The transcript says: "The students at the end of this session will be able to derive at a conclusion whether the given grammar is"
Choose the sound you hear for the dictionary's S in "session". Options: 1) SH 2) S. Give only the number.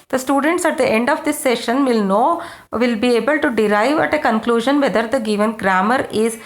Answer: 1